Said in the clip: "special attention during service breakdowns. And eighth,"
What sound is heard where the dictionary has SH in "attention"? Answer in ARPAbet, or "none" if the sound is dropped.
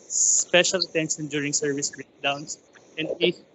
S